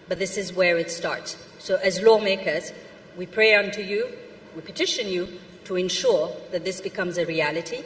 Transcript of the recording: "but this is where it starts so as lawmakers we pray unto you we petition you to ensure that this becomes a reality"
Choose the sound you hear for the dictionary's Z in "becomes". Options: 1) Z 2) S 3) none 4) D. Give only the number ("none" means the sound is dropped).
1